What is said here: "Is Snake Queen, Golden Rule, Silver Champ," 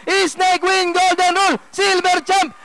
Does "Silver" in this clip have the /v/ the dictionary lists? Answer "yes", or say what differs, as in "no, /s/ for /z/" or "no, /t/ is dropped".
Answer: no, /b/ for /v/